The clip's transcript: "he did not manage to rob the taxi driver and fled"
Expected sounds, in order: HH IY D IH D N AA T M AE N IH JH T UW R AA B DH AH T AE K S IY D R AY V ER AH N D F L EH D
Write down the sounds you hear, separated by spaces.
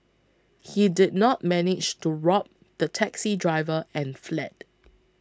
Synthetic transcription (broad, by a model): HH IY D IH D N AA T M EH N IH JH T UW R AA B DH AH T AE K S IY D R AY V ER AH N F L EH D